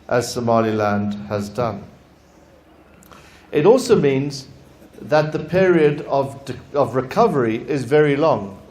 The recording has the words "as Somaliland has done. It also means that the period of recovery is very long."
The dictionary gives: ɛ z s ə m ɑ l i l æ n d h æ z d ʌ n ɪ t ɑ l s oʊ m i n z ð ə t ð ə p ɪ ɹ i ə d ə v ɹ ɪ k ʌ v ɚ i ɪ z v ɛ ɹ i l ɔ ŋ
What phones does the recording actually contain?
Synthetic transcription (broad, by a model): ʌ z s ə m ɑ l i l æ n d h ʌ z d ʌ n ɪ t ɑ l s oʊ m i n z ð ə t ð ə p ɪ ɹ i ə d ə v ɹ ɪ k ʌ v ɚ i ɪ z v ɛ ɹ i l ɔ ŋ